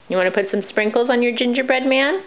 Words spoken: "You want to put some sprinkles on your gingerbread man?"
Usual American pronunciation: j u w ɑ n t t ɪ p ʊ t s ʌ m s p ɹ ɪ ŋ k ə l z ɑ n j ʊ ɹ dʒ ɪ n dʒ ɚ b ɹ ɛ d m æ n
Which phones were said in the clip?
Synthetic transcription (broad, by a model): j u w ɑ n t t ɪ p ʊ t s ʌ m s p ɹ ɪ ŋ k l z n j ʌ ɹ dʒ ɪ n dʒ ɚ b ɹ ɛ d m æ n